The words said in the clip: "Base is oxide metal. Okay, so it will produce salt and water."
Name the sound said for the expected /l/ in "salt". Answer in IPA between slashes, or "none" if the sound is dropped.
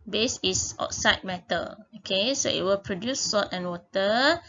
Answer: none